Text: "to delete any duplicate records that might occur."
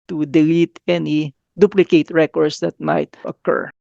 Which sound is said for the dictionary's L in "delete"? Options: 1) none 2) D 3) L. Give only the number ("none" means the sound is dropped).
3